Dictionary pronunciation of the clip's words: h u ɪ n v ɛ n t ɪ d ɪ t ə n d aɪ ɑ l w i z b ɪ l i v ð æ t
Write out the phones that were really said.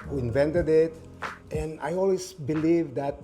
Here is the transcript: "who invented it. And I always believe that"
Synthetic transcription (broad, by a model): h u ɪ n v ɛ n t ɪ d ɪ t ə n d aɪ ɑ l w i s b ɪ l i v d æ t